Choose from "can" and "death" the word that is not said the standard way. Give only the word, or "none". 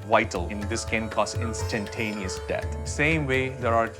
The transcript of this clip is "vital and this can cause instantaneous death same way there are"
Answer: death